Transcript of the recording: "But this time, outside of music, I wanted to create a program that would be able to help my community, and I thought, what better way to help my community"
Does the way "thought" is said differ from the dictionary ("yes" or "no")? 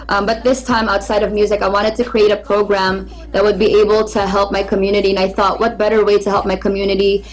no